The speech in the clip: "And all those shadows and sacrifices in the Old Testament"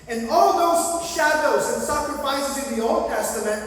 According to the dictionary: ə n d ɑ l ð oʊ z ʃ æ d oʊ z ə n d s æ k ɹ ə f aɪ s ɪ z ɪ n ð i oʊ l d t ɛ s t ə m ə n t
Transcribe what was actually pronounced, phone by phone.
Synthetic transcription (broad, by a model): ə n ɑ l ð oʊ z ʃ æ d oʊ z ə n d s æ k ɹ ə f aɪ s ɪ z ɪ n ð i oʊ l d t ɛ s t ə m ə n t